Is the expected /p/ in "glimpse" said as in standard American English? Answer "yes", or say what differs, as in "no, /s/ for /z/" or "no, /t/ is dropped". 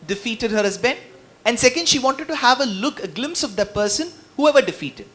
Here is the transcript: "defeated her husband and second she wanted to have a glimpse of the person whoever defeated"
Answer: yes